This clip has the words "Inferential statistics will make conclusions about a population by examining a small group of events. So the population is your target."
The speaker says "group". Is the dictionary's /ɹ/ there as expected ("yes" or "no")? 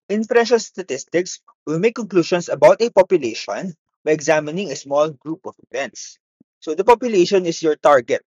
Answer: yes